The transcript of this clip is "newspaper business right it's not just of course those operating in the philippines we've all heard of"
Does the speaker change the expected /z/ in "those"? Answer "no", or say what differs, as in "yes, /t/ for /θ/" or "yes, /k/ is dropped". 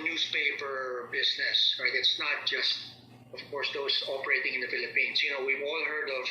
yes, /s/ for /z/